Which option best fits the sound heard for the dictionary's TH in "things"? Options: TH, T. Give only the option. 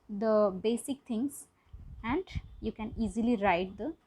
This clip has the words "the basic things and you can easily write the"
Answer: T